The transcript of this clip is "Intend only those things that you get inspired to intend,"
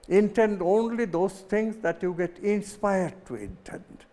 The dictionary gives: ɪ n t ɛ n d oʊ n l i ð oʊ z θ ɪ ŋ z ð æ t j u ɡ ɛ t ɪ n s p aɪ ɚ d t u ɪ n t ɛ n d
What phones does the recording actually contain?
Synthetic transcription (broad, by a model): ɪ n t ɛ n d oʊ n l i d oʊ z t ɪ ŋ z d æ t j u ɡ ɛ t ɪ n s p aɪ ɚ d t u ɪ n t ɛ n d